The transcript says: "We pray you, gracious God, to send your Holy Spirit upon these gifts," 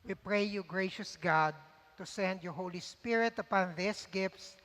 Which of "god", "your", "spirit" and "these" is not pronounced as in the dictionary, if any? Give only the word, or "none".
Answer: these